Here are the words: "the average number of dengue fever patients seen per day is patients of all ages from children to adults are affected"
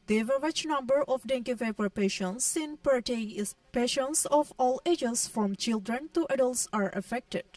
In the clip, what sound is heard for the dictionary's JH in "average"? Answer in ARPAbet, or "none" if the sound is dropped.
CH